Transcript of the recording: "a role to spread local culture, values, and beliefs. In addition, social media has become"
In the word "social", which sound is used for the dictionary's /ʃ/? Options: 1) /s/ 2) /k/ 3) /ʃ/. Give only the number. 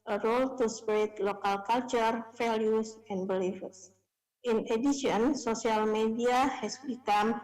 1